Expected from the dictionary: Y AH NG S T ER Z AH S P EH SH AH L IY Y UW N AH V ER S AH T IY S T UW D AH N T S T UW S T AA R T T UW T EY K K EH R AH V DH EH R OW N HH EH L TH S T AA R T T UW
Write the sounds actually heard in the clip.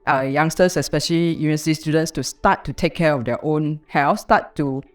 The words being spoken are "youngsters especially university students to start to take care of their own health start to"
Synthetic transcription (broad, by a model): Y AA NG S T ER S AH S P EH SH AH L IY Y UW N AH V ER S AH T IY S T UW D AH N T S T UW S T AA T T UW T EY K K EH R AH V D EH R OW N HH EH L F S T AA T T UW